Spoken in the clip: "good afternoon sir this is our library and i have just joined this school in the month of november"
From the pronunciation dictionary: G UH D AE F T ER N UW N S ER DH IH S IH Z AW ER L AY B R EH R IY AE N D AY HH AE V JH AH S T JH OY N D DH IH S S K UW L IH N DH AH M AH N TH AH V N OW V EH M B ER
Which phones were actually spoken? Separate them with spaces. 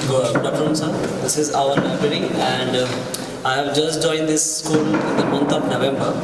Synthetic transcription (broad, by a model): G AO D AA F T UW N S ER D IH S IH Z AW ER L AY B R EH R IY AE N D AY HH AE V JH AH S T JH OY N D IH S S K UW L IH N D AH M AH N T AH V N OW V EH M B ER